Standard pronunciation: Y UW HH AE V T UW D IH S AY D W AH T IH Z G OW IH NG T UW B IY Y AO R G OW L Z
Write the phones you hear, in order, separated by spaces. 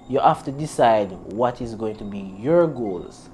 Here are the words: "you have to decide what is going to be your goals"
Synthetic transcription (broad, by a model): Y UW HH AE F T UW D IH S AY D W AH T IH Z G OW IH NG T UW B IY Y AO R G OW L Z